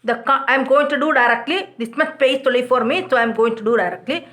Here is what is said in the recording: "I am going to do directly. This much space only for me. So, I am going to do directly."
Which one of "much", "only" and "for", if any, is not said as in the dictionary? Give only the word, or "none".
only